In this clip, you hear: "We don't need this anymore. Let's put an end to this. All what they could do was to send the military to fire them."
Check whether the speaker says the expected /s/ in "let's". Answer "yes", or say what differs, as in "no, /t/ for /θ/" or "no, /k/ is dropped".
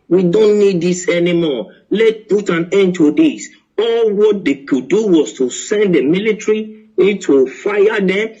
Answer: no, /s/ is dropped